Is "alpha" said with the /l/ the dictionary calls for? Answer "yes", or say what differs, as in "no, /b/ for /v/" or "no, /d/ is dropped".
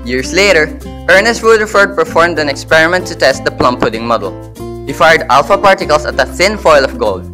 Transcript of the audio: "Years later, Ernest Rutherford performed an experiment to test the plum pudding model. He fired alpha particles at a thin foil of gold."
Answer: yes